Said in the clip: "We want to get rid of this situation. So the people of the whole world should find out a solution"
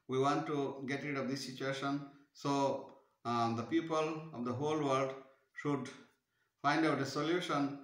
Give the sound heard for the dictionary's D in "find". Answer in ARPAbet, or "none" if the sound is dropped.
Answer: D